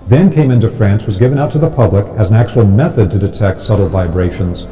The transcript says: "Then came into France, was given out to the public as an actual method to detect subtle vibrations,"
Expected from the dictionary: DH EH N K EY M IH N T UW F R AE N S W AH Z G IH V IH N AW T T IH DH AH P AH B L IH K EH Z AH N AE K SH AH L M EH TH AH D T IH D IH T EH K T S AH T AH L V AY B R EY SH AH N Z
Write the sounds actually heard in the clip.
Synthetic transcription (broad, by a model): DH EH N K EY M IH N T UW F R AE N S W AH Z G IH V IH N AW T T IH DH AH P AH B L IH K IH Z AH N AE K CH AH L M EH TH AH D T IH D IH T EH K T S AH T L V AY B R EY SH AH N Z